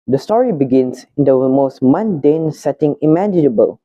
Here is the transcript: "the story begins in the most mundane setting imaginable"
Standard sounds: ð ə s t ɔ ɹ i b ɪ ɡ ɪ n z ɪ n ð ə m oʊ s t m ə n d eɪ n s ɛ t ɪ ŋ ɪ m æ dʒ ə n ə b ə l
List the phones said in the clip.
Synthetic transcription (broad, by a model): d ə s t ɔ ɹ i b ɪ ɡ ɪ n s ɪ n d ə m oʊ s t m ə n d eɪ n s ɛ t ɪ ŋ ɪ m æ dʒ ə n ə b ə l